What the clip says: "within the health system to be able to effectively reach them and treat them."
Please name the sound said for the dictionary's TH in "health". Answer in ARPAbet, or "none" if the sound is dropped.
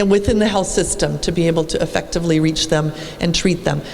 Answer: TH